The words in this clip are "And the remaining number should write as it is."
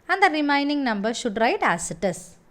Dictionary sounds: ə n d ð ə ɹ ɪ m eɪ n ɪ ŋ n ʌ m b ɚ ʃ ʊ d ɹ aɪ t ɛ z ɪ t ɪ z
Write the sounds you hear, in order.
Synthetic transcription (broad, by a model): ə n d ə ɹ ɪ m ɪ n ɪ ŋ n ʌ m b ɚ ʃ ʊ d ɹ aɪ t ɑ s ɪ t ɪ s